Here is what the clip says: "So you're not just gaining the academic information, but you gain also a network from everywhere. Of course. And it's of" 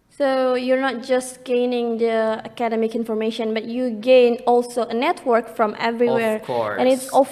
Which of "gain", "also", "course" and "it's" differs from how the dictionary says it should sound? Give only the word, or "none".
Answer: course